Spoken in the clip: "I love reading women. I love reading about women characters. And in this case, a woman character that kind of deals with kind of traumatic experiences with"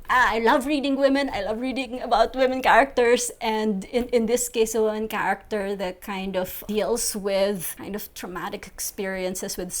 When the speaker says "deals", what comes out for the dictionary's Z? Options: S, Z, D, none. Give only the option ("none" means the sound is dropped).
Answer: S